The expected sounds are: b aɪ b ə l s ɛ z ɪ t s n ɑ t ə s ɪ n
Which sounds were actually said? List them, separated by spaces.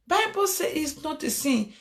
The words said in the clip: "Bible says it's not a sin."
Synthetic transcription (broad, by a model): b aɪ b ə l s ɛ ɪ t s n ɑ t ə s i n